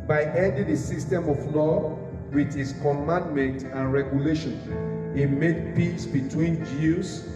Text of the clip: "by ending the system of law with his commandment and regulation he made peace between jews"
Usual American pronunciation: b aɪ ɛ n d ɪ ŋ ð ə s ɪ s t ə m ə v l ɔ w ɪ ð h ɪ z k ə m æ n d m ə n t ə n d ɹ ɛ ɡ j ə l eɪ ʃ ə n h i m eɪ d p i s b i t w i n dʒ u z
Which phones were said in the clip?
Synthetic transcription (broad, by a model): b aɪ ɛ d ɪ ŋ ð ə s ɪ s t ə m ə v l ɔ w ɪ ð h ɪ s k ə m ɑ n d m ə n t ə n ɹ ɛ ɡ j ə l eɪ ʃ ə n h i m eɪ d p i s b i t w i n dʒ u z